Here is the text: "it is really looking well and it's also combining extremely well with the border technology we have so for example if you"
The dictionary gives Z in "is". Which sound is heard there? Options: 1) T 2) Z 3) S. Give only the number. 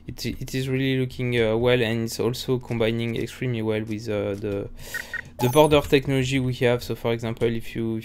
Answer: 2